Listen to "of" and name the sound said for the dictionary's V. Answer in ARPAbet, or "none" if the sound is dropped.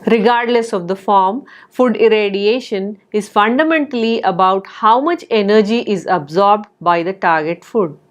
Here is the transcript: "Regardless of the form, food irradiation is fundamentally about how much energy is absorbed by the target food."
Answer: V